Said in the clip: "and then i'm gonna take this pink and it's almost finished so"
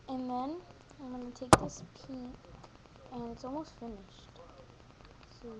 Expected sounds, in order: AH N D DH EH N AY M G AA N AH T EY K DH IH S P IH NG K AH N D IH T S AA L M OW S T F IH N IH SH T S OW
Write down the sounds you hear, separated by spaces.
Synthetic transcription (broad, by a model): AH N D DH EH N AY M G AA N AH T EY K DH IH S P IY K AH N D IH T S AA L M OW S T F IH N IH SH T S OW